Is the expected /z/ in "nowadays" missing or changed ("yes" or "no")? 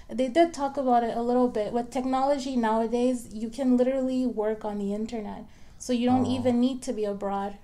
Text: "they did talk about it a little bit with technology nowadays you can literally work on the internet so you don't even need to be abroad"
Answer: no